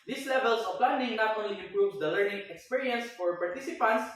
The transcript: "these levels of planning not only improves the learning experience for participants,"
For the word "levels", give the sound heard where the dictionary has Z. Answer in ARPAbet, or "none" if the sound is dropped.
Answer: S